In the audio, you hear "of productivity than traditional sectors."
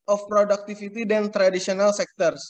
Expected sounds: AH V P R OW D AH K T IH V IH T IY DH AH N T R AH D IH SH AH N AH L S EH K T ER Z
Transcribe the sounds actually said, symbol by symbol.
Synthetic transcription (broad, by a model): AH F P R OW D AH K T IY F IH T IY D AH N T R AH D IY S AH N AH L S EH K T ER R